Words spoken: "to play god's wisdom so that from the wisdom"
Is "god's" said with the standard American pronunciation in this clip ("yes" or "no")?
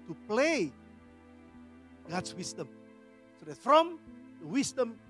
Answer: no